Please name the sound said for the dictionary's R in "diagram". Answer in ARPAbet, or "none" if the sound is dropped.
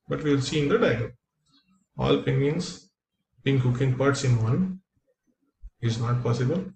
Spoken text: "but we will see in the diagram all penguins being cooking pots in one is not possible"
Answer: none